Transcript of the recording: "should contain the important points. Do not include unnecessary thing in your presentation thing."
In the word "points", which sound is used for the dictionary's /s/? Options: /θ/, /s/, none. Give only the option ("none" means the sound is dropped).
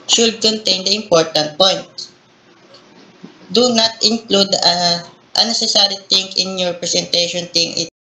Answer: none